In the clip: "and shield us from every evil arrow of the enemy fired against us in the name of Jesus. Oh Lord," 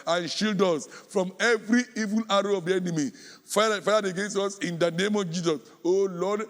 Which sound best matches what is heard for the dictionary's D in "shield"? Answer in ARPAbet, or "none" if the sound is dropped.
D